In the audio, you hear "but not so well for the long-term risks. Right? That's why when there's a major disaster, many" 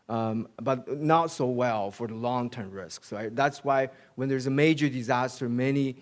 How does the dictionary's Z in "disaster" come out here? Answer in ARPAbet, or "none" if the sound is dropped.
Z